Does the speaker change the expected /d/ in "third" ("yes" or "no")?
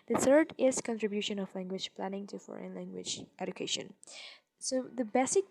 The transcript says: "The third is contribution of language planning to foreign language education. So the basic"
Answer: no